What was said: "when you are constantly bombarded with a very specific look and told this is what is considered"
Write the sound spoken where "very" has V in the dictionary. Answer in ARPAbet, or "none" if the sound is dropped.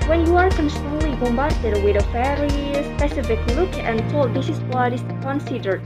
F